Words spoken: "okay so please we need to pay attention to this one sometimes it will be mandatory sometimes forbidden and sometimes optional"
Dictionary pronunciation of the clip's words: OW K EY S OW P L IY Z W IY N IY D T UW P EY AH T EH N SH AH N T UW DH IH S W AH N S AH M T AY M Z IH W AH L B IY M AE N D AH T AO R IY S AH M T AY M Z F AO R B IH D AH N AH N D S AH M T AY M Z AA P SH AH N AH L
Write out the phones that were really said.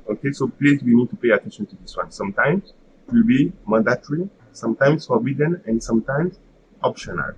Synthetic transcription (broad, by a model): OW K EY S OW P L IY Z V IY N IY D T UW P EY AH T EH N SH AH N T UW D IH S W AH N S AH M T AY M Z IH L B IY M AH D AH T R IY S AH M T AY M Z F AO R B IH D AH N AH N D S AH M T AY M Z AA P SH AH N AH L